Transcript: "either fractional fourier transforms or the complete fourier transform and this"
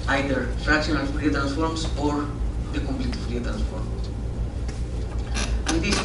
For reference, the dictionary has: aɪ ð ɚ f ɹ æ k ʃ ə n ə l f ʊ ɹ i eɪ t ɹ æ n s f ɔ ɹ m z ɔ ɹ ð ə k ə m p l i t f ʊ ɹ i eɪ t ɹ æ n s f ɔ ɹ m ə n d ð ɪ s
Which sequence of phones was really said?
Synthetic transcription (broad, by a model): aɪ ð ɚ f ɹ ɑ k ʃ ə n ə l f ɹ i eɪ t ɹ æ n s f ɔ ɹ m s ɔ ɹ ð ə k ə m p l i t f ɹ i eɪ t ɹ æ n s f ɔ ɹ m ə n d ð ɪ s